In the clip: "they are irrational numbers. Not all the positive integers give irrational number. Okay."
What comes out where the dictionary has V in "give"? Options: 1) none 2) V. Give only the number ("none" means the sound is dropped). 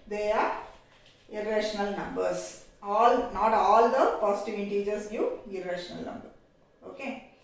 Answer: 1